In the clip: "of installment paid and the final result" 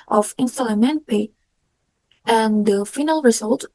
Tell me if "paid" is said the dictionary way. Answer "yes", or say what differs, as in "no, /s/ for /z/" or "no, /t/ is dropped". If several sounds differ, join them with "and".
no, /d/ is dropped